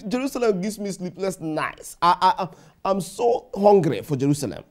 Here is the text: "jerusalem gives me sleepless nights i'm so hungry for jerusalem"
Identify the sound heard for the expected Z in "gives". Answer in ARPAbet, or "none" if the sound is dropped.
S